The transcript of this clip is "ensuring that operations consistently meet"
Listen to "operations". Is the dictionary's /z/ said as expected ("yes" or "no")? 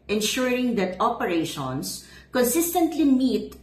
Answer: no